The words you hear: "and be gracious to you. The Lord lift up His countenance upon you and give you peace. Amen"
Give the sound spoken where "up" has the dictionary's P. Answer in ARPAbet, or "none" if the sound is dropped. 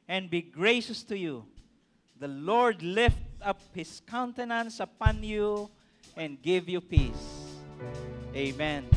P